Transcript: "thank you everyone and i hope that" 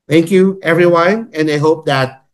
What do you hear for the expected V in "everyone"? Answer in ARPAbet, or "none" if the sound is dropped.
V